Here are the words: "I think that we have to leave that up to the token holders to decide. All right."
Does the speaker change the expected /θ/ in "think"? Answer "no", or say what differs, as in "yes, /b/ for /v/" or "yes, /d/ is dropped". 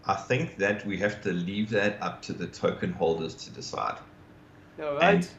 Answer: no